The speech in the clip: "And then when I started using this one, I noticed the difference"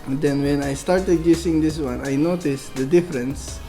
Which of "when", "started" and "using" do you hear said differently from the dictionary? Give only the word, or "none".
using